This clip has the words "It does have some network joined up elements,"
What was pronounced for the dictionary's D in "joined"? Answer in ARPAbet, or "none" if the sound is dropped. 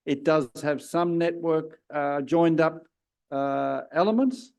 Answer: D